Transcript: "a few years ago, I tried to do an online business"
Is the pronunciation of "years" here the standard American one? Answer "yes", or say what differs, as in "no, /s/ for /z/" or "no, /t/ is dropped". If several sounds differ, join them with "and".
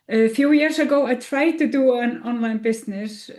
no, /s/ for /z/